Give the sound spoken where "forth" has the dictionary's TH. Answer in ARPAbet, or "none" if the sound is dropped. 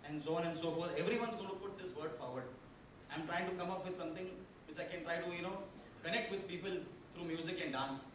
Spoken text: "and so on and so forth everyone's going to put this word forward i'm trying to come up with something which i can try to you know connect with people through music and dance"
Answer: T